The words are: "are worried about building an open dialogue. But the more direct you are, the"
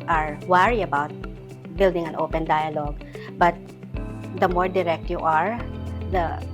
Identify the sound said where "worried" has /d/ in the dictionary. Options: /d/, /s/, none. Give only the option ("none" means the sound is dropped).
none